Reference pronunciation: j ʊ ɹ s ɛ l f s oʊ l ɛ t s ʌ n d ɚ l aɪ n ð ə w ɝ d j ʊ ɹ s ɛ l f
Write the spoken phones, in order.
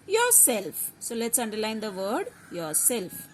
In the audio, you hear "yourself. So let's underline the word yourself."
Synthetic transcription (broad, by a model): j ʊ ɹ s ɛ l f s oʊ l ɛ t s ʌ n d ɚ l aɪ n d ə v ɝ d j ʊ ɹ s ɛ l f